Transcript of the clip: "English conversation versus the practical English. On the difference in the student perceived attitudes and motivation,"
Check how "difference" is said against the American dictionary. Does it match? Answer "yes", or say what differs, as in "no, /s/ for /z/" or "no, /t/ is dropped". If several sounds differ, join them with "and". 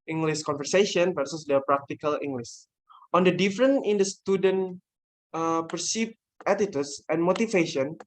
no, /s/ is dropped